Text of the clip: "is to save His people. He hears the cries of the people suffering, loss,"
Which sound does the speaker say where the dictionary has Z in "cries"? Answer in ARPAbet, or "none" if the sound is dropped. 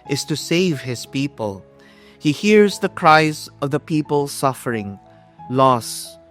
Z